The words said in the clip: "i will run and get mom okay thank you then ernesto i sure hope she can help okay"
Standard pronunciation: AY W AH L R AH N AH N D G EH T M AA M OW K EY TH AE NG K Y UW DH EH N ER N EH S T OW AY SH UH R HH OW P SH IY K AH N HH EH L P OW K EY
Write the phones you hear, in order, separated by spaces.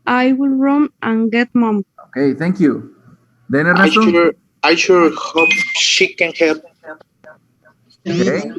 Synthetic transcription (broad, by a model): AY W AH L R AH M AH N G EH T M AA M OW K EY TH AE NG K Y UW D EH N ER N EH T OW AY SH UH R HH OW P SH IY K AH N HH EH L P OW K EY